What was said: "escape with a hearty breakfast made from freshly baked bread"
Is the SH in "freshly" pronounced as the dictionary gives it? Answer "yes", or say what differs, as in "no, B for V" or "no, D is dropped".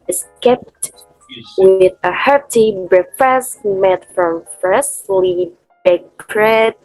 no, S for SH